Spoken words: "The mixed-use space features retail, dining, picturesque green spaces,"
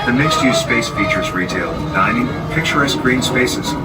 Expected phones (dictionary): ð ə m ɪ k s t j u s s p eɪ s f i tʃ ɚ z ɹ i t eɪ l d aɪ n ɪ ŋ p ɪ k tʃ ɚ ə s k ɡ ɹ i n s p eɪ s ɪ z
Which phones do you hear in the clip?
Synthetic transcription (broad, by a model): ð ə m ɪ k s t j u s s p eɪ s f i tʃ ɚ z ɹ i t eɪ l d aɪ n ɪ ŋ p ɪ k tʃ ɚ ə s ɡ ɹ i n s p eɪ s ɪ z